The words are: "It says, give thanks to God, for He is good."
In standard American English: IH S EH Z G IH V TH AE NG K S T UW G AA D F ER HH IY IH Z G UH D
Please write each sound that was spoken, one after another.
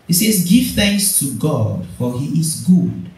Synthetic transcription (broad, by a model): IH S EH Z G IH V TH AE NG K S T UW G AA D F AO HH IY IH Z G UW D